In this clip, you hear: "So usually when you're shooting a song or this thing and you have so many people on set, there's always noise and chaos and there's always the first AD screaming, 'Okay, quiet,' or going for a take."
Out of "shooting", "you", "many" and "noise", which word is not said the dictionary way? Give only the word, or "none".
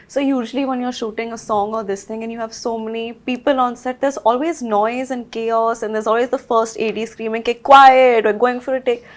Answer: none